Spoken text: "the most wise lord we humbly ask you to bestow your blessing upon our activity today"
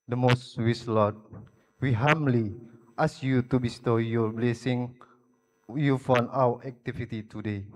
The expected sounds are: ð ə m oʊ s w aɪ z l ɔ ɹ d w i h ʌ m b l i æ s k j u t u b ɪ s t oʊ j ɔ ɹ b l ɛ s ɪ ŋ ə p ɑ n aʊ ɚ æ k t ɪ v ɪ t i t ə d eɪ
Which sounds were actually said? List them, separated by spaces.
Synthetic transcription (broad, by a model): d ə m oʊ s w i s l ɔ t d w i h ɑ m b l i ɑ s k j u t u b ɪ s t oʊ j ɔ b l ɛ s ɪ ŋ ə f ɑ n aʊ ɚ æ k t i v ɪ t i t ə d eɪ